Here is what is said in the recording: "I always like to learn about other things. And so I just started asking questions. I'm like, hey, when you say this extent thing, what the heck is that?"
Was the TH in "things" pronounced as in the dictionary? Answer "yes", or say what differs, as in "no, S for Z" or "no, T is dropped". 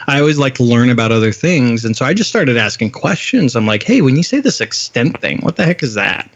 yes